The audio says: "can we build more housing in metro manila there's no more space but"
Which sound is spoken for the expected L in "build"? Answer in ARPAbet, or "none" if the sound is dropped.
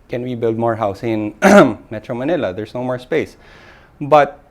L